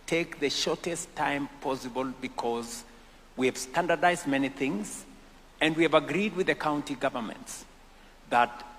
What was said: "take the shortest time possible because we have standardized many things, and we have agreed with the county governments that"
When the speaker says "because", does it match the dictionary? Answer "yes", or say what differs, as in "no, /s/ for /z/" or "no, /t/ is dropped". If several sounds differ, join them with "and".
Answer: yes